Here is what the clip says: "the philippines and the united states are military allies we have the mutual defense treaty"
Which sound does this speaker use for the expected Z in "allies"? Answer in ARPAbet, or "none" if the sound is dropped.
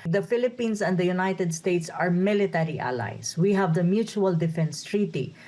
S